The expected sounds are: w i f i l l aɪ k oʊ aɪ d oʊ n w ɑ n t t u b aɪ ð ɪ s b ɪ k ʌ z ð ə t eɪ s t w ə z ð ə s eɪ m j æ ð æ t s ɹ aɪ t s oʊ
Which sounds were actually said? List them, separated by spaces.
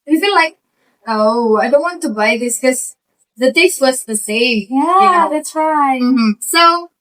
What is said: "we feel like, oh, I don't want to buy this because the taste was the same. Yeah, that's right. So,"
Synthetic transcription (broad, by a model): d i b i n l aɪ k oʊ aɪ d oʊ n w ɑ n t t u b aɪ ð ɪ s k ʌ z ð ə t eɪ s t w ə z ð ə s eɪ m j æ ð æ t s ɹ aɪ s oʊ